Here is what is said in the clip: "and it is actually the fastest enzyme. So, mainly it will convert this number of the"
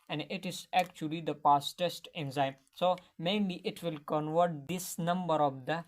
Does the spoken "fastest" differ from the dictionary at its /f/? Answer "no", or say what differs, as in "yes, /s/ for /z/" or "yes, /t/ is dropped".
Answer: yes, /p/ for /f/